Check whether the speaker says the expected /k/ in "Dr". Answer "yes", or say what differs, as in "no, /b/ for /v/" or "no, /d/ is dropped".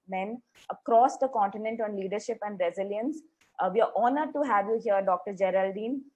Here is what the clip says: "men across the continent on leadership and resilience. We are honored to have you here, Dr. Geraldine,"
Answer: yes